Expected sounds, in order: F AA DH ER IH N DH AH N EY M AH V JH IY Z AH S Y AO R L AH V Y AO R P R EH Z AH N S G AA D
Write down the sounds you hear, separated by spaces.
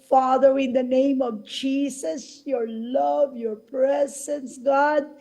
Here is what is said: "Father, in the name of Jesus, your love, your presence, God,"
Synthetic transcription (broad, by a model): F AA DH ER IH N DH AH N EY M AH V JH IY S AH S Y AO R L AH V Y AO R P R EH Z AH N S G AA D